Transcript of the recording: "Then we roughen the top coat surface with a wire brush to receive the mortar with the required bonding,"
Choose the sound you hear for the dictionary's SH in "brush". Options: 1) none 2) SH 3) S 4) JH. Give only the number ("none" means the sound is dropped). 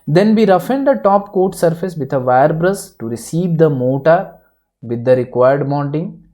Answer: 3